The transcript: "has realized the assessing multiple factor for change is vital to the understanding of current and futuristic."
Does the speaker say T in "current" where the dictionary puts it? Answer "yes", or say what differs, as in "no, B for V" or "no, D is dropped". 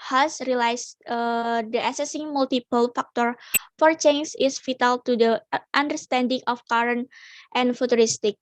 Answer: yes